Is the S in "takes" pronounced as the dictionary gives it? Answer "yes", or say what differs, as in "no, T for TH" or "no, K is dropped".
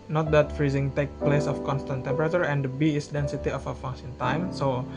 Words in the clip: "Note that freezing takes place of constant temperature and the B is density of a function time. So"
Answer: no, S is dropped